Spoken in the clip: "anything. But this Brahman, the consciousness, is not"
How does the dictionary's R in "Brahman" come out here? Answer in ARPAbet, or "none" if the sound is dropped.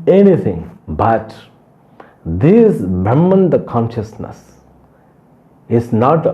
none